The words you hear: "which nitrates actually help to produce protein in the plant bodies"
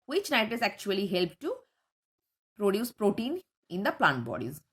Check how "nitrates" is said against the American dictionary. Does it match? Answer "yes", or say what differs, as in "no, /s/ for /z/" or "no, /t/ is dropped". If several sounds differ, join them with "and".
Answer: no, /ɹ/ is dropped